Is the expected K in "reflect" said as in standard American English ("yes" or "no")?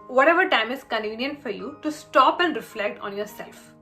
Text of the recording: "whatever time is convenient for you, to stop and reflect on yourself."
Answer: yes